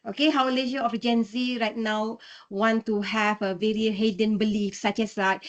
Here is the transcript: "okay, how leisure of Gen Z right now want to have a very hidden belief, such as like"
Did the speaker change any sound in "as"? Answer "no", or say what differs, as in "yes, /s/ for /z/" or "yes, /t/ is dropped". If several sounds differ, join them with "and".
yes, /s/ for /z/